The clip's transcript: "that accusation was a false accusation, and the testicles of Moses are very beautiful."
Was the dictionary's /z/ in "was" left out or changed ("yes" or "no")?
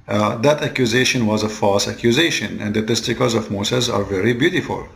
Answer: no